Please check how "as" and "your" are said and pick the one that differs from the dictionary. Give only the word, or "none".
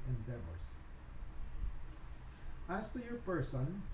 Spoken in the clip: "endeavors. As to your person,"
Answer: as